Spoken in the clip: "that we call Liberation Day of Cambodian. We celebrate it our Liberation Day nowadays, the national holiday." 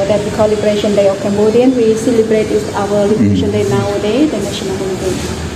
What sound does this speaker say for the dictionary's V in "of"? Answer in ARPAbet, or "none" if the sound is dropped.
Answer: F